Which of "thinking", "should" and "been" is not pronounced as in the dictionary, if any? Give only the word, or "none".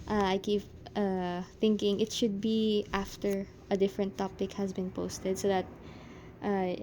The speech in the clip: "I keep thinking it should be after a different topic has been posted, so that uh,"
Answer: none